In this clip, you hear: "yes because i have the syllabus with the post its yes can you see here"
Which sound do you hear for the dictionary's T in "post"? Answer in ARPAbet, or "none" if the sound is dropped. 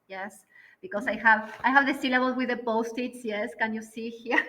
T